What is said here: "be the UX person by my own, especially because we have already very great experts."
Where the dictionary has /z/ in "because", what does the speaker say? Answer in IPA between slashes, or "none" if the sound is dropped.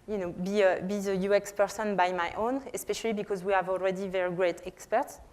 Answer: /z/